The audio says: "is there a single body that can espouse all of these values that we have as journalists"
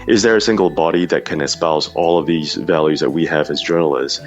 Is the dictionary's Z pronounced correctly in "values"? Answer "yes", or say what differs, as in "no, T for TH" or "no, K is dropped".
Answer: yes